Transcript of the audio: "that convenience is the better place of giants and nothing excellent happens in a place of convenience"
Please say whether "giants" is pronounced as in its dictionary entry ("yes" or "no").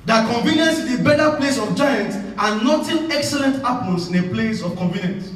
no